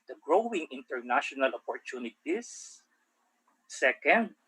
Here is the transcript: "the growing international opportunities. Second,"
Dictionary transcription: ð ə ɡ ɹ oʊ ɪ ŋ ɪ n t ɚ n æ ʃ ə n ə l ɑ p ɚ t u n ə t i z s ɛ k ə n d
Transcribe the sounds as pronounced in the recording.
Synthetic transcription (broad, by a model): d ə ɡ ɹ oʊ ɪ ŋ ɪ n t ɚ n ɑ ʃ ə n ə l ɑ p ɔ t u n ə t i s s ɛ k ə n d